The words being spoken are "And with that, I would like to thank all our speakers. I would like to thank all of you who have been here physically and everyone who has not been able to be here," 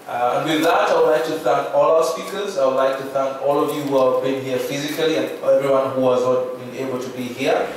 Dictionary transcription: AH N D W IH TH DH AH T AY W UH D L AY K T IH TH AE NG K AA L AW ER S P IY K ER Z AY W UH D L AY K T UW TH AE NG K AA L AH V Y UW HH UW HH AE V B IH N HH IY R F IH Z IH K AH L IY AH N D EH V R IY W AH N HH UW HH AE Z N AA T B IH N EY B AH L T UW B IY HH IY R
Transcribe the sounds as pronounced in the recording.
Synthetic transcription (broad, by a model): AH N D W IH DH AH T AY W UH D L AY K T IH TH AE NG K AA L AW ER S P IY K ER Z AY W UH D L AY K T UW TH AE NG K AA L AH V Y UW HH UW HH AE V B IH N HH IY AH F IH Z IH K AH L IY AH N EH V R IY W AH N HH UW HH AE Z N AA T B IH N EY B AH L T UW B IY HH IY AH